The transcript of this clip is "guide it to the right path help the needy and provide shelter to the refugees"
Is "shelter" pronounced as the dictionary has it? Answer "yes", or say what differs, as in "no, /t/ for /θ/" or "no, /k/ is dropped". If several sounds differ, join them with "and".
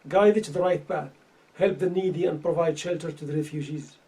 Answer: yes